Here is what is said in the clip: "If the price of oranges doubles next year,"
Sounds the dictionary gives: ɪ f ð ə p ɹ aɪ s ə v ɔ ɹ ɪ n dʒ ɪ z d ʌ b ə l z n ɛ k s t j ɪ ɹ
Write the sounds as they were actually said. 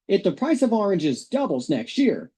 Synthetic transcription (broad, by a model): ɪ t ð ə p ɹ aɪ s ə v ɔ ɹ ɪ n dʒ ɪ z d ʌ b l z n ɛ k s t j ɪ ɹ